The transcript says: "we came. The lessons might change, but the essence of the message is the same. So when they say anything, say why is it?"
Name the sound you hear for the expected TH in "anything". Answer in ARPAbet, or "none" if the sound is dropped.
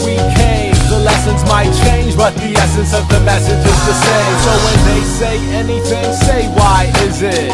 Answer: TH